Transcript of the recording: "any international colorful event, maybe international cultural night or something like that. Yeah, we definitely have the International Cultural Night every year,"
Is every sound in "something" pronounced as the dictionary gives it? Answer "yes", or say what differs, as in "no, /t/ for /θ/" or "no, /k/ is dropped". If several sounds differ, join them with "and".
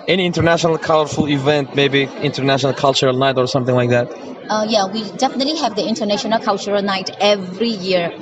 yes